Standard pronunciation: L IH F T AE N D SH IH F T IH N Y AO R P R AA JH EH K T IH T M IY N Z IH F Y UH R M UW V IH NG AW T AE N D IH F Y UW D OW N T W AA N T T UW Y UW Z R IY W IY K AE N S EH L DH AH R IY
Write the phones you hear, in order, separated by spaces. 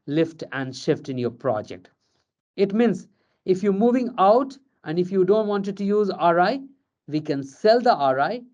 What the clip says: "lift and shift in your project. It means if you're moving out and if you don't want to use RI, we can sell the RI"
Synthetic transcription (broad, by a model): L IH F T AE N D SH IH F T IH N Y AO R P R AA JH EH K T IH T M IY N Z IH F Y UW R M UW V IH NG AW T AE N D IH F Y UW D OW N T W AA N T T UW Y UW Z R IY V IY K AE N S EH L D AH R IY